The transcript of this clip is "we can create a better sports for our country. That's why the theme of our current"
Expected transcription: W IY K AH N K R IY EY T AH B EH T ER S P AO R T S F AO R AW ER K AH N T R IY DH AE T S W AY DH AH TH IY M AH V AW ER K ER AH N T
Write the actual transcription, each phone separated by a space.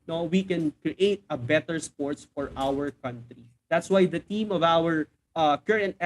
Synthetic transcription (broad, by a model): W IY K AH N K R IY EY T AH B EH T ER S P AO R T S F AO R AW ER K AH N T R IY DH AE T S W AY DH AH T IY M AH V AW ER K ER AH N T